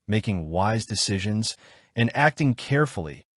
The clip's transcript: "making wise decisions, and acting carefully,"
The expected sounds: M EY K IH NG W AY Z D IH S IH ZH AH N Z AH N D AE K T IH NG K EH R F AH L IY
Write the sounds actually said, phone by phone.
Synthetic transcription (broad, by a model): M EY K IH NG W AY Z D IH S IH ZH AH N Z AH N AE K T IH NG K EH R F L IY